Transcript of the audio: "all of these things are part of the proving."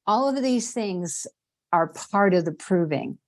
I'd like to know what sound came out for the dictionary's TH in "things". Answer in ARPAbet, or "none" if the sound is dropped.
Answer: TH